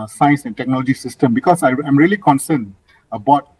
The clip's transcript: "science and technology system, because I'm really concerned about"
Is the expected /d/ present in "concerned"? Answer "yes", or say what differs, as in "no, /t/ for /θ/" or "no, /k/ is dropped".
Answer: no, /d/ is dropped